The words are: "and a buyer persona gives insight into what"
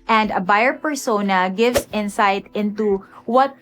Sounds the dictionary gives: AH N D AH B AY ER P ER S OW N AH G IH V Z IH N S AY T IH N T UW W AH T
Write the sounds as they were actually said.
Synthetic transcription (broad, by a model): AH N D AH B AY ER P ER S OW N AH G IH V S IH N S AY T IH N T UW W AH T